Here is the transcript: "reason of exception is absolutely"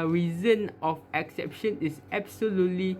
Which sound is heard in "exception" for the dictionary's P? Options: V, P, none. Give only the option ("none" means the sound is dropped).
P